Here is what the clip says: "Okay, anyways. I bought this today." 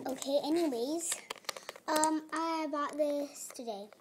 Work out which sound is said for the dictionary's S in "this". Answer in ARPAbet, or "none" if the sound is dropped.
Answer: S